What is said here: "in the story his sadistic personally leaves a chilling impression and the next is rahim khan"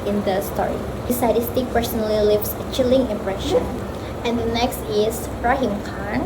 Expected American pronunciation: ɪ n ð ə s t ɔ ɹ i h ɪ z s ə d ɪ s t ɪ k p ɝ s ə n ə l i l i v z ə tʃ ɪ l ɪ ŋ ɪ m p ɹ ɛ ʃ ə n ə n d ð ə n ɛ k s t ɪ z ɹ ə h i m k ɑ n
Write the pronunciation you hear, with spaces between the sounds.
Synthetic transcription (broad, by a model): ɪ n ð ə s t ɔ ɹ i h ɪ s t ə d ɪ s t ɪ k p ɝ s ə n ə l i l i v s ə tʃ ɪ l ɪ ŋ ɪ m p ɹ ɛ ʃ ə n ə n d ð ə n ɛ k s t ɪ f ɹ ə h i m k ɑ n